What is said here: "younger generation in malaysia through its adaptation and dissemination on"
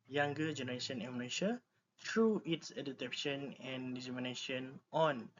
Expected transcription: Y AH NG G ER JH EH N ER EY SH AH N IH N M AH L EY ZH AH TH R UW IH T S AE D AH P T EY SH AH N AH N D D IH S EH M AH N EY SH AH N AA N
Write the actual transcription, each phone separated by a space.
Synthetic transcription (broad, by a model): Y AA NG G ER JH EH N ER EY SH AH N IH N M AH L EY SH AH T R UW IH T S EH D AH T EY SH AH N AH N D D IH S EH M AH N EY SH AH N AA N